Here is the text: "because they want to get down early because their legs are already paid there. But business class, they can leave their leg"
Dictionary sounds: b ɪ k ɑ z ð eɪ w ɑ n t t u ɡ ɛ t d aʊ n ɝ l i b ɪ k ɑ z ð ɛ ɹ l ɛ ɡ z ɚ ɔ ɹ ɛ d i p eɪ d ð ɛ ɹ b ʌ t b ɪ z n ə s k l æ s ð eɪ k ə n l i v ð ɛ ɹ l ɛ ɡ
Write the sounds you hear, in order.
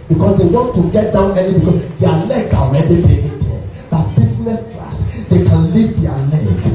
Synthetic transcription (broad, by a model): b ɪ k ɑ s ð eɪ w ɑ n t t u ɡ ɛ t d aʊ n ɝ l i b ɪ k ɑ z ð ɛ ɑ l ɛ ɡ s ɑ ɔ ɹ ɛ d i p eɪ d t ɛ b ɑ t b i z n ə s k l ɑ s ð eɪ k ə n l i v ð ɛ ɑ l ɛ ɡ